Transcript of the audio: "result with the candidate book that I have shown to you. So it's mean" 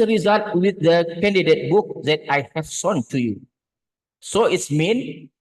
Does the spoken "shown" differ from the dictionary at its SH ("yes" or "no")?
yes